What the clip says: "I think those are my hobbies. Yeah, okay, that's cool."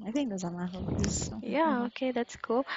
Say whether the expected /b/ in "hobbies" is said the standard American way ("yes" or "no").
no